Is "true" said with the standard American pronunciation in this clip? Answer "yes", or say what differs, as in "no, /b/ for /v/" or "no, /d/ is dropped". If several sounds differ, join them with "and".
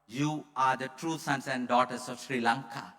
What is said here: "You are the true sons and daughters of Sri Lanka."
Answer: yes